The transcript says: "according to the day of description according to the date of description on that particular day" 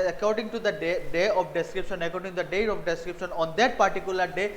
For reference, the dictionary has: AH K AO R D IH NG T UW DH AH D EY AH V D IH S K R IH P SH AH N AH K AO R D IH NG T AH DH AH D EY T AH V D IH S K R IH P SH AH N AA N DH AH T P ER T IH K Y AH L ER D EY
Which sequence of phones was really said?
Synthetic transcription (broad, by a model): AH K AO R D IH NG T UW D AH D EY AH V D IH S K R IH P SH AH N AH K AO R D IH NG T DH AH D EY AH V D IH S K R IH P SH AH N AA N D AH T P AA T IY K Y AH L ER D EY